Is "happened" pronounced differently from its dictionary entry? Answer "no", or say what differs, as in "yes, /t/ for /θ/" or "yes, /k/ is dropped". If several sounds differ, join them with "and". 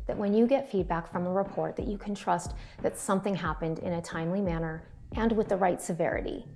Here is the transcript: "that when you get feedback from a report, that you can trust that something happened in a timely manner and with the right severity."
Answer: no